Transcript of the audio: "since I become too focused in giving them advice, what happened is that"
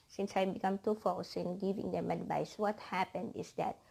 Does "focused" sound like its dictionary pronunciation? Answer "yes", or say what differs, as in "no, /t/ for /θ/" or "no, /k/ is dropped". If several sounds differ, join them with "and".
no, /t/ is dropped